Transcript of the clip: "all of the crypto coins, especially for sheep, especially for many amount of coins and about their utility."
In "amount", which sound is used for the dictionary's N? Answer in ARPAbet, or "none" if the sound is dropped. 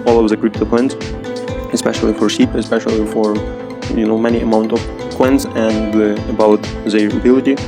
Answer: N